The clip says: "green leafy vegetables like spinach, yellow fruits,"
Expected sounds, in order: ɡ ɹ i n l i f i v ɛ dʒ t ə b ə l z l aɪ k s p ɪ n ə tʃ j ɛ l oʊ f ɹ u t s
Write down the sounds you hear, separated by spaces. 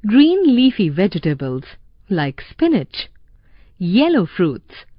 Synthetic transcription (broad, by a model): ɡ ɹ i n l i f i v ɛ dʒ t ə b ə l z l aɪ k s p ɪ n ə tʃ j ɛ l oʊ f ɹ u t s